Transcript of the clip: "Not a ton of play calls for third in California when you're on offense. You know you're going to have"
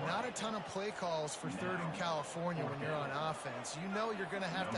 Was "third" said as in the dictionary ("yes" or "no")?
yes